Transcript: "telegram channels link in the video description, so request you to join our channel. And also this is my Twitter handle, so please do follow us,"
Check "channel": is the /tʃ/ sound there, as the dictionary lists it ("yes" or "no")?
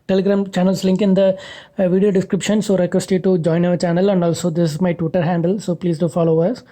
yes